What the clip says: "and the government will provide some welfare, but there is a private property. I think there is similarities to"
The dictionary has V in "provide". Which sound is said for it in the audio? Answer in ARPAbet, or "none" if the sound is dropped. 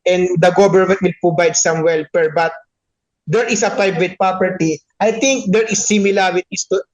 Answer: B